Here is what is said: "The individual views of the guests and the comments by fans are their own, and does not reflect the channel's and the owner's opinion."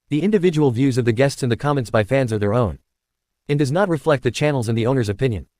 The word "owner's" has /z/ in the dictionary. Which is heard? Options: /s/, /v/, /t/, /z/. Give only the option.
/z/